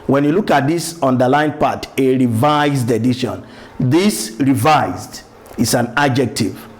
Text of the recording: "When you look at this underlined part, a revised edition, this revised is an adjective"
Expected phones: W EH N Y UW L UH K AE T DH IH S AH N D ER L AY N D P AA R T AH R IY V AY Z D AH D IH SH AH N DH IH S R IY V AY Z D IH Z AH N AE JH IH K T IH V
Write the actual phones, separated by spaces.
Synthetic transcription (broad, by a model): W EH N Y UW L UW K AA T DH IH S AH N D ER L AY N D P AA T AH R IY V AY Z D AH D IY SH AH N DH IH S R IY V AY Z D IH S AH N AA JH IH K T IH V